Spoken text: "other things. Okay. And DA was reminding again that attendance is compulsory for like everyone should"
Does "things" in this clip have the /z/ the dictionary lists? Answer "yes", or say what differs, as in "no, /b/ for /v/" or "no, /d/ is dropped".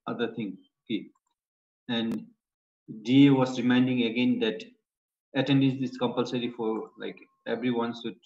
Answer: no, /z/ is dropped